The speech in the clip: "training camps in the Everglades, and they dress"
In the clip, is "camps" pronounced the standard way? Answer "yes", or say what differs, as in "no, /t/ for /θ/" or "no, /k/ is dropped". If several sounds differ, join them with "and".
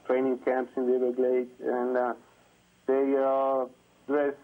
yes